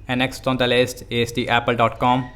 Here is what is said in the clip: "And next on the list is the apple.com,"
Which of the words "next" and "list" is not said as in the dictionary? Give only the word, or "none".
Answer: none